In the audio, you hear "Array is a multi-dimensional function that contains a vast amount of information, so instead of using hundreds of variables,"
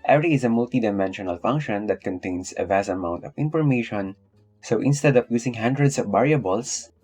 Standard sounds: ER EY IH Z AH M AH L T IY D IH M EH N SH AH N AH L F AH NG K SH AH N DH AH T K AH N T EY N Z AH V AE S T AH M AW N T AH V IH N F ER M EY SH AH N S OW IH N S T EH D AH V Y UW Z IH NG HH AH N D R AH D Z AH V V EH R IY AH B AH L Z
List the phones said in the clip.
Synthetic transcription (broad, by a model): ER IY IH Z AH M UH L T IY D IH M EH N SH AH N AH L F AH NG K SH AH N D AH T K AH N T EY N S AH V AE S AH M AW N T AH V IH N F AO M EY SH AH N S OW IH N S T EH D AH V Y UW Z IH NG HH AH N D R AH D S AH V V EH R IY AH B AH L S